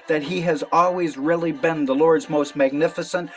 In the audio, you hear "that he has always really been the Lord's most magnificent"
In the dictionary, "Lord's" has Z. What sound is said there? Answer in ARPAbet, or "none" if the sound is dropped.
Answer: Z